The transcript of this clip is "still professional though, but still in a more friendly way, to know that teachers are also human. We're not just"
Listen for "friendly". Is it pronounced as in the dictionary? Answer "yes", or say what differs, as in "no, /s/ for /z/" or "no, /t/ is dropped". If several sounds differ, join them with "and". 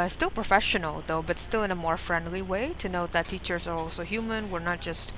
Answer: yes